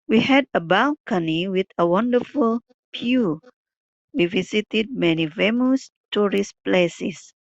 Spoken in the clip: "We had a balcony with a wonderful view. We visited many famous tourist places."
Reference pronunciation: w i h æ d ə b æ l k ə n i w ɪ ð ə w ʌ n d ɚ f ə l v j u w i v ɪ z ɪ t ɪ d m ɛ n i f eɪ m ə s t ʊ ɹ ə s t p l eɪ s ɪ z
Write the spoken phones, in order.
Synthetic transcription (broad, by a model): w i h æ d ə b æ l k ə n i w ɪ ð ə w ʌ n d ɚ f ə l p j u w i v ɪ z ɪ t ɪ d m ɛ n i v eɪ m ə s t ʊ ɹ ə s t p l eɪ s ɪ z